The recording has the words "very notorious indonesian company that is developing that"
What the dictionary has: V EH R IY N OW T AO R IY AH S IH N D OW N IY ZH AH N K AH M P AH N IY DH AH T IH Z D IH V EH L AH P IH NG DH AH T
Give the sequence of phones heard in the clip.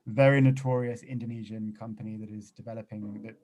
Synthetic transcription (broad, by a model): V EH R IY N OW T AO R IY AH S IH N D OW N IY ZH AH N K AH M P AH N IY DH AH T IH Z D IH V EH L AH P IH NG DH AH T